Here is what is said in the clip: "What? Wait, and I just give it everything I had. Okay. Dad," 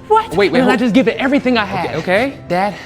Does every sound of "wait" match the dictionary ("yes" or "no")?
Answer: no